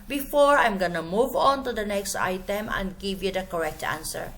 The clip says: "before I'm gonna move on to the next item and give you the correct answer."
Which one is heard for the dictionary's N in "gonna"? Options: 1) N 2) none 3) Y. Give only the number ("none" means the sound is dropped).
1